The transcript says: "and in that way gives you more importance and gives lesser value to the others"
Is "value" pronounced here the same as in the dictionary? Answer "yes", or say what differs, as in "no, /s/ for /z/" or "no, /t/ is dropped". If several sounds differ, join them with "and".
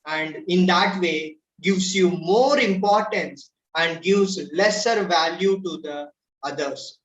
yes